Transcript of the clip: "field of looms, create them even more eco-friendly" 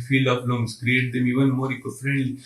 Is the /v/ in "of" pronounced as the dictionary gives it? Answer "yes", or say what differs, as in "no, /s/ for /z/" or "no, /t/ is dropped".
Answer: no, /p/ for /v/